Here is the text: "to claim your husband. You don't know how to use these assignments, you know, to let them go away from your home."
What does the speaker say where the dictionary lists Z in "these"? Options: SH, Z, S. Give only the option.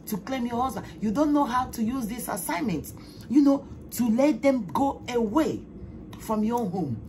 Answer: S